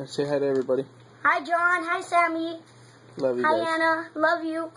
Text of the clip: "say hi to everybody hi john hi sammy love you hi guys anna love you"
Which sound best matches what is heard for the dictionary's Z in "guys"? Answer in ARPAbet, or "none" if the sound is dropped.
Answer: none